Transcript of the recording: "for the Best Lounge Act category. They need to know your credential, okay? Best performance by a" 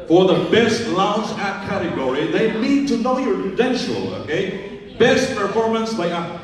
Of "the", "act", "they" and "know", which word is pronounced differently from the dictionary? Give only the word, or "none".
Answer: act